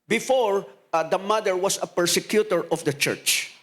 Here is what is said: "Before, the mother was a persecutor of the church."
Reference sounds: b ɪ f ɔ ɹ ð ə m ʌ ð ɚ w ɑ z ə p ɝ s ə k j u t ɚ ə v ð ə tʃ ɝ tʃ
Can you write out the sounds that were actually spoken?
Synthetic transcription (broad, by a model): b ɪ f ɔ ɹ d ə m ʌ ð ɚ w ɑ s ə p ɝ s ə k j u t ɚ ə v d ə tʃ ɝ tʃ